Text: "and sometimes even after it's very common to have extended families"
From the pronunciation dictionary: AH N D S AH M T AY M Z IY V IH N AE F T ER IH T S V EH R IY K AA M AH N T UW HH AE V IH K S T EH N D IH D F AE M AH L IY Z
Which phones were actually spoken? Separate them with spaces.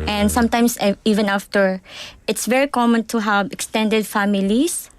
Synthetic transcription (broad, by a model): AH N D S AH M T AY M S IY V IH N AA F T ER IH T S V EH R IY K AA M AH N T UW HH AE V IH K S T EH N D IH D F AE M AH L IY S